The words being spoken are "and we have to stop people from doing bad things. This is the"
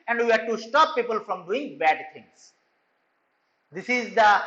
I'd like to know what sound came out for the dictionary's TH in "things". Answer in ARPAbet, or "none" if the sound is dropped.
T